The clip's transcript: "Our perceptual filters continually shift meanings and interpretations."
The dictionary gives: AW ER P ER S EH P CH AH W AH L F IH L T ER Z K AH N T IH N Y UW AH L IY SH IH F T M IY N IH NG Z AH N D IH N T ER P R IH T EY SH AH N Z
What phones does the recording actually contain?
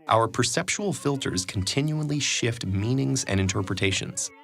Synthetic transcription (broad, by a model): AW ER P ER S EH P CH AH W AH L F IH L T ER Z K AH N T IH N Y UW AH L IY SH IH F T M IY N IH NG Z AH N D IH N T ER P R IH T EY SH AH N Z